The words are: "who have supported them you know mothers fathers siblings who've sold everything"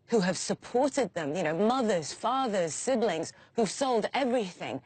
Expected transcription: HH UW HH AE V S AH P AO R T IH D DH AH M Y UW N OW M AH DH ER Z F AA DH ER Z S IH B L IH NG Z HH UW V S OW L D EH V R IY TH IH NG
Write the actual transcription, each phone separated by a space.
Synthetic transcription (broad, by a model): HH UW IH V S AH P AO R T IH D DH AH M Y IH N OW M AH DH ER Z F AA DH ER Z S IH B L IH NG Z HH UW V S OW L D EH V R IY TH IH NG